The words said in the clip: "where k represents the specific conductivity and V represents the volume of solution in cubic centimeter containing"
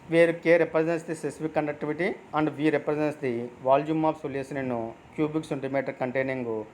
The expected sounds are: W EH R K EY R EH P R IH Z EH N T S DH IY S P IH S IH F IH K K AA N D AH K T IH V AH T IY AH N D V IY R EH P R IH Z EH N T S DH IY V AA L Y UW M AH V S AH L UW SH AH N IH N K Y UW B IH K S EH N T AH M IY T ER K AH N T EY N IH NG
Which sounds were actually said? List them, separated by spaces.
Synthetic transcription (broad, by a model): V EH R K EY R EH P R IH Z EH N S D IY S IH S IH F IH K K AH N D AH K T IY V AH T IY AH N D V IY R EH P R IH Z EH N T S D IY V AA L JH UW M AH P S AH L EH S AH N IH N K Y UW B IH K S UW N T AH M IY T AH K AH N T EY N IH NG